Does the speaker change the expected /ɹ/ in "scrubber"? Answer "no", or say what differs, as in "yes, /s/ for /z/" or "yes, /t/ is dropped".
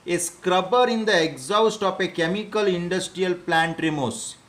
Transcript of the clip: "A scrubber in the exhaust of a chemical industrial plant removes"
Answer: no